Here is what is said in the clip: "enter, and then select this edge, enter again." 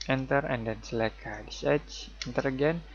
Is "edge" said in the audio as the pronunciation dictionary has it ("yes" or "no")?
no